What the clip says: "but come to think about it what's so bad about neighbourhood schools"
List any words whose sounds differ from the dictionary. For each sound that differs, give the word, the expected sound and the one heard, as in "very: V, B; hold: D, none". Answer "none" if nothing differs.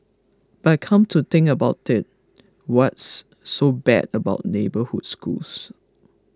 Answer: think: TH, T; schools: Z, S